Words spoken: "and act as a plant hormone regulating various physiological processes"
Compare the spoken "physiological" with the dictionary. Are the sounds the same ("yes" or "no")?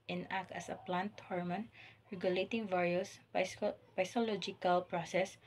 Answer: no